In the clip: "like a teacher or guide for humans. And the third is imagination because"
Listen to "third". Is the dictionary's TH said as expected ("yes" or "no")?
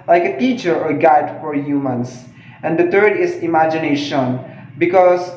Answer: no